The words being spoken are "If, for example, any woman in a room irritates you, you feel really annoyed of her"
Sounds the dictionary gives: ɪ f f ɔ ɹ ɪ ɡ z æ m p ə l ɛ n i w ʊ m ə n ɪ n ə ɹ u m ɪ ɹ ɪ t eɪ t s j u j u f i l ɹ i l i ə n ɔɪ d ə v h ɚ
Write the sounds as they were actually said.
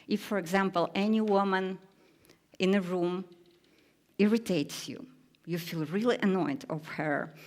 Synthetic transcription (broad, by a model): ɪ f f ɔ ɹ ɪ ɡ z æ m p ə l ɛ n i w ʊ m ə n ɪ n ə ɹ u m ɪ ɹ ɪ t eɪ t s j u j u f i l ɹ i l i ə n ɔɪ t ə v h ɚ